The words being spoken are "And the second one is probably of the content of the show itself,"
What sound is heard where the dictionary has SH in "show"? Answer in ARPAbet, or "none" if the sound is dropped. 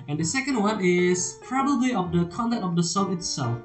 S